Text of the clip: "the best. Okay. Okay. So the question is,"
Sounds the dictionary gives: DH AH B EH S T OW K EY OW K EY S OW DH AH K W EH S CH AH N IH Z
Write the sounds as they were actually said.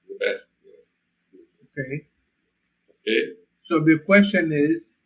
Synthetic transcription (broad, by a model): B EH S OW K EY OW K EY S OW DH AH K W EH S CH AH N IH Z